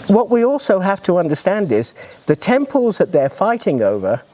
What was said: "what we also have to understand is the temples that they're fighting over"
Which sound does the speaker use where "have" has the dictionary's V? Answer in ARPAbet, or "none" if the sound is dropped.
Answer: F